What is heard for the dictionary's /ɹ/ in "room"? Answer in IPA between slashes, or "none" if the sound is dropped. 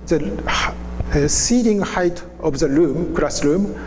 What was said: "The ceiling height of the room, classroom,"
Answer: /l/